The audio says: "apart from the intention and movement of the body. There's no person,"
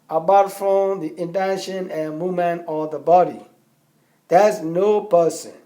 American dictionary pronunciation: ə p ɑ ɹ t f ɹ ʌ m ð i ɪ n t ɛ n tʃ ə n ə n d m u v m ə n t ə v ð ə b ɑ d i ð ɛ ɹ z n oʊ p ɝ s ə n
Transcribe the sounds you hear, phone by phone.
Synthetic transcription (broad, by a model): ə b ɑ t f ɹ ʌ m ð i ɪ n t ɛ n ʃ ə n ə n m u m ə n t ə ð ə b ɑ d i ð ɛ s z n oʊ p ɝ s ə n